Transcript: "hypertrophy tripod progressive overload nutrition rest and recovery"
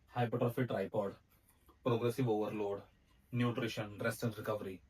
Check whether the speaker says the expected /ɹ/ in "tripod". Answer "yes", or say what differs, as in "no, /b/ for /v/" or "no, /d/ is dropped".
yes